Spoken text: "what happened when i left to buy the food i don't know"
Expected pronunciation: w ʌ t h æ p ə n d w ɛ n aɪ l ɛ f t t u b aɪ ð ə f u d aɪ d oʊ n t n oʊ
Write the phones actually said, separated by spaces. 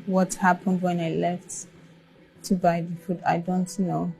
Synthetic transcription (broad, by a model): w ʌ t h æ p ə n d w ɛ n aɪ l ɛ f t t u b aɪ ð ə f u d aɪ d oʊ n t n oʊ